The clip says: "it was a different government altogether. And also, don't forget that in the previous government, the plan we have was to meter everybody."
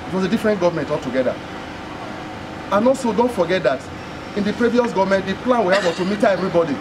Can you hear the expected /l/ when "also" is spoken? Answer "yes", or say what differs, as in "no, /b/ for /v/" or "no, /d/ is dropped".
no, /l/ is dropped